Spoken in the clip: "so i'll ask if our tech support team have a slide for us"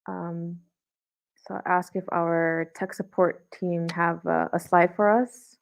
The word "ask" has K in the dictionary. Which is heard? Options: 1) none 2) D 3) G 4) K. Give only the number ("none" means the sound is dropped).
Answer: 4